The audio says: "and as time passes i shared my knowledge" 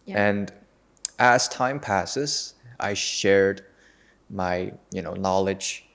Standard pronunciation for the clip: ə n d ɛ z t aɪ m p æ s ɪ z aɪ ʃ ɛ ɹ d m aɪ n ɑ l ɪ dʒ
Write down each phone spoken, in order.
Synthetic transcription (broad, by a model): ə n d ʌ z t aɪ m p æ s ɪ z aɪ ʃ ɛ ɹ d m aɪ n ɑ l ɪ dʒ